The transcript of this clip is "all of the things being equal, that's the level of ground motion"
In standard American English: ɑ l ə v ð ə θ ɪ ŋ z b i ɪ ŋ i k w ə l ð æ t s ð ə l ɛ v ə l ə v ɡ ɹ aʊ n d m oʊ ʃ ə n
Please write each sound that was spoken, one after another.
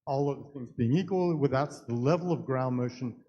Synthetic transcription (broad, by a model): ɑ l ə v ð ə θ ɪ ŋ z b i ɪ ŋ i k w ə l ð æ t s ð ə l ɛ v l ə v ɡ ɹ aʊ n m oʊ ʃ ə n